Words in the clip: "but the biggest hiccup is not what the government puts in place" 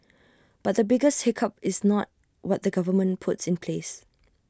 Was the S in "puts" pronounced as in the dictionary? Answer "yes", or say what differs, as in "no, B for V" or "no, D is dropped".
yes